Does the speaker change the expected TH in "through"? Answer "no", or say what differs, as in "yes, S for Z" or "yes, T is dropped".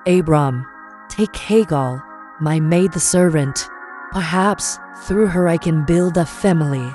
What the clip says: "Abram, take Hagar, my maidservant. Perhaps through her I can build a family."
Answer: no